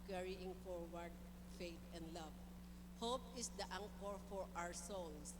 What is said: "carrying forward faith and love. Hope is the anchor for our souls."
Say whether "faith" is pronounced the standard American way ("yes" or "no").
no